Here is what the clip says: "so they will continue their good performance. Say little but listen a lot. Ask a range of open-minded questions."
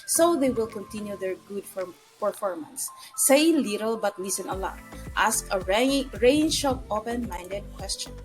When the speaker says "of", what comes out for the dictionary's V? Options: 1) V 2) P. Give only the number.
2